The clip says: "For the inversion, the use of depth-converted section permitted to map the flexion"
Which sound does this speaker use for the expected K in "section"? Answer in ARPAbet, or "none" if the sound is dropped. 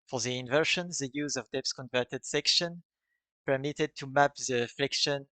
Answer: K